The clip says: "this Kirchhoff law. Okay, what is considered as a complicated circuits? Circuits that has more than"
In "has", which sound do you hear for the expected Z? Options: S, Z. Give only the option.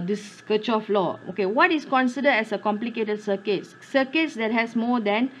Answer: S